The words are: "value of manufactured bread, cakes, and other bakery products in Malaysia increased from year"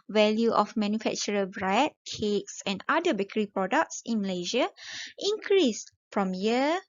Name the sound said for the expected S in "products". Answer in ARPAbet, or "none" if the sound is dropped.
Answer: S